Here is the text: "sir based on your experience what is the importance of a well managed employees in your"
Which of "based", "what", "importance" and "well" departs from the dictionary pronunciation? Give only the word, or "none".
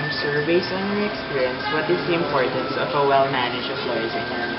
based